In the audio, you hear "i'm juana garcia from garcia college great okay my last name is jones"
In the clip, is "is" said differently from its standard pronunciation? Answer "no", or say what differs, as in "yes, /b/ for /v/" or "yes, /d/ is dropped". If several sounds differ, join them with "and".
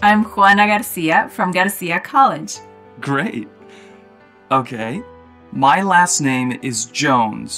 no